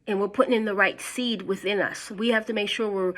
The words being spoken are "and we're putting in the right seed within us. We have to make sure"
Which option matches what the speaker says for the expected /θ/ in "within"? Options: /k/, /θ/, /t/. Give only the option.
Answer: /θ/